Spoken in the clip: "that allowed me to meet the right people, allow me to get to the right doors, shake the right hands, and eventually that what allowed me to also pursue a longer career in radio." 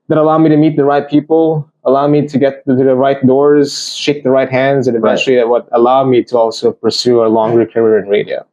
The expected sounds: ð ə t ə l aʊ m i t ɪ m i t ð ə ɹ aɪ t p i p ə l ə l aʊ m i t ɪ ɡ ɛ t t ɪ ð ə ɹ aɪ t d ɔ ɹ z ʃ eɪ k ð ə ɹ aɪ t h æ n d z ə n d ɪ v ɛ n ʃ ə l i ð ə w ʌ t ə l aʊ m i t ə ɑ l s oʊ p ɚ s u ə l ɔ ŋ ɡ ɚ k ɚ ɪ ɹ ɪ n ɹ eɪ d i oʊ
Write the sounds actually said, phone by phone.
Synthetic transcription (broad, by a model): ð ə t ə l aʊ m i t ɪ m i t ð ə ɹ aɪ t p i p l ə l aʊ m i t ɪ ɡ ɛ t t ɪ ð ə ɹ aɪ t d ɔ ɹ z ʃ eɪ k ð ə ɹ aɪ t h æ n d z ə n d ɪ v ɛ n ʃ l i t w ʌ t ə l aʊ m i t ə ɑ l s oʊ p ɚ s u ə l ɔ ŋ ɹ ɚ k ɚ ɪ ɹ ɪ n ɹ eɪ d i oʊ